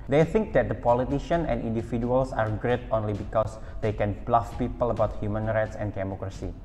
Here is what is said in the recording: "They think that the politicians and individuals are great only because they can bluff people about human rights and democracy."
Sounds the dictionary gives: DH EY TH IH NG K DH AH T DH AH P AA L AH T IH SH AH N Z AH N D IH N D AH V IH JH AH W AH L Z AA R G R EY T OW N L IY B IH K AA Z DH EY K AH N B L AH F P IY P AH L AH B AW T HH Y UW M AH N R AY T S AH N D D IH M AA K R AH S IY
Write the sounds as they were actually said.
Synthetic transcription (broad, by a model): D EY TH IH NG K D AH T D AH P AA L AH T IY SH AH N AH N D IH N D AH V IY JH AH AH L S AA R G R EY T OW N L IY B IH K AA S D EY K AH N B L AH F P IY P AH L AH B AW T HH Y UW M AH N R AY T S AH N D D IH M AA K R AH S IY